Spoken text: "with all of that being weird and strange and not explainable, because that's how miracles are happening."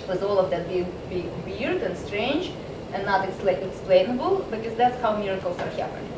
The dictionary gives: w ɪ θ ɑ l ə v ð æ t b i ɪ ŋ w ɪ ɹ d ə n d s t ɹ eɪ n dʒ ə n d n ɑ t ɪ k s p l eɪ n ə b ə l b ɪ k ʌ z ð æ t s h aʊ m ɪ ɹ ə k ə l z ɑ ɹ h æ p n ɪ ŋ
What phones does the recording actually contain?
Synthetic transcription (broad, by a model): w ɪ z ɑ l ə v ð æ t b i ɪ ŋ w ɪ ɹ d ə n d s t ɹ eɪ n dʒ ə n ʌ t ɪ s ɪ k s p l eɪ n ə b ə l b ɪ k ʌ z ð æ t s h aʊ m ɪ ɹ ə k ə l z ɑ ɹ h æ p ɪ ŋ